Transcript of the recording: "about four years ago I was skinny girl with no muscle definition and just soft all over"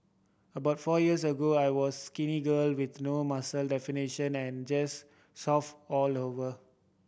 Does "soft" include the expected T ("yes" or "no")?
no